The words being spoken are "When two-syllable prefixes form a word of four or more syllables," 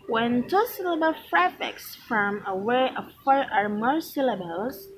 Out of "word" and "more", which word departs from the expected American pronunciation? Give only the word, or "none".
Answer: word